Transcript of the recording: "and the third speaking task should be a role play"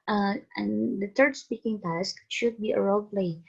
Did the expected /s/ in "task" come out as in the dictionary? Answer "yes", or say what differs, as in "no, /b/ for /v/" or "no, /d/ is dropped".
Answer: yes